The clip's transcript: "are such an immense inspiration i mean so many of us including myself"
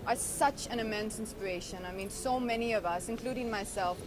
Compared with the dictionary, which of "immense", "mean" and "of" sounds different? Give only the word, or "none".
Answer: none